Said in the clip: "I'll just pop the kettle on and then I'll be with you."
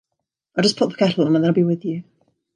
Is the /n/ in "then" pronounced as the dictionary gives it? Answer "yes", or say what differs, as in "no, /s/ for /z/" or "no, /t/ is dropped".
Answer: no, /n/ is dropped